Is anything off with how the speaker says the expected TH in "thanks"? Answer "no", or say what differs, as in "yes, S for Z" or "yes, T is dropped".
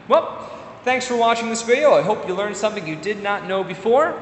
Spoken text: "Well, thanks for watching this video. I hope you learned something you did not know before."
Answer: no